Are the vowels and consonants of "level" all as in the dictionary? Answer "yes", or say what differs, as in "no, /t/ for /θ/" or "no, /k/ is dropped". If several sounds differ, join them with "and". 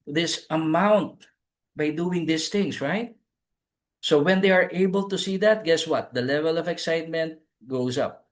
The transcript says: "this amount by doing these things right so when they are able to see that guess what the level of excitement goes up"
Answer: yes